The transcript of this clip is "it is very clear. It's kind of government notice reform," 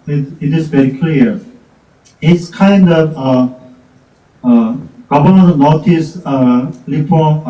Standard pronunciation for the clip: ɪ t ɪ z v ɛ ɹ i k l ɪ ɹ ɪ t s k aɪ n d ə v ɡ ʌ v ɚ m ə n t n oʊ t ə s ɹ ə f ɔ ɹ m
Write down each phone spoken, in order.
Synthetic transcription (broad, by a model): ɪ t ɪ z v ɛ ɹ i k l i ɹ ɪ t s k aɪ n d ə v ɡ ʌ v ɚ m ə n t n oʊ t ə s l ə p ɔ